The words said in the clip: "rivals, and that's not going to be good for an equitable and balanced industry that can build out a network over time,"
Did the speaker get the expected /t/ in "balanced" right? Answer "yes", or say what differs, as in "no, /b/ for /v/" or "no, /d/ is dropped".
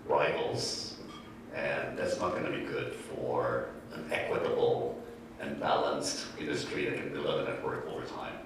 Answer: yes